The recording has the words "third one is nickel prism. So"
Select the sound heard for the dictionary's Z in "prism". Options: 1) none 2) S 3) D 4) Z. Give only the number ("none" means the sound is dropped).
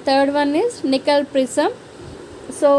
2